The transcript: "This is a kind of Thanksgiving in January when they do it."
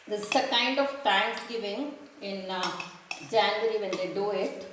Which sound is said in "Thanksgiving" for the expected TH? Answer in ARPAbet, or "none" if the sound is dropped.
T